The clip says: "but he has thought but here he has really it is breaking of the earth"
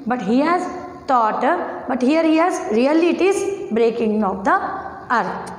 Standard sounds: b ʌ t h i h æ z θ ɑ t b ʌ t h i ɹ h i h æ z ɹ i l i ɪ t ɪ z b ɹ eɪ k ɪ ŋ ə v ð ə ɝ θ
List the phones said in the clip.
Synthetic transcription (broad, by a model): b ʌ t h i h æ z t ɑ t b ʌ t h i ɹ h i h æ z ɹ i l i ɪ t ɪ z b ɹ eɪ k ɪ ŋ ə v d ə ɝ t